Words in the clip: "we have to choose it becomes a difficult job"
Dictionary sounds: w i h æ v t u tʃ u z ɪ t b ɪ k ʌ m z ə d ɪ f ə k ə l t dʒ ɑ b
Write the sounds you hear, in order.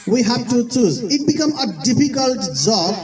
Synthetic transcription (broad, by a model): w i h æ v t u tʃ u z ɪ t b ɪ k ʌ m ə d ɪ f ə k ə l t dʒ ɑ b